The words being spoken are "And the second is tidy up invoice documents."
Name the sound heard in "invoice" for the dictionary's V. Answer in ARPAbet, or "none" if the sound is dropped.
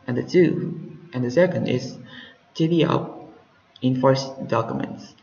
F